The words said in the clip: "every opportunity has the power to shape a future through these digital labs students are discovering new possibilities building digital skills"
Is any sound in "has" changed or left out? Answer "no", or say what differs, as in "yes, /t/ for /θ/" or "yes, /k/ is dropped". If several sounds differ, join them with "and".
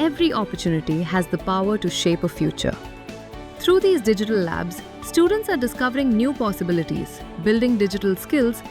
no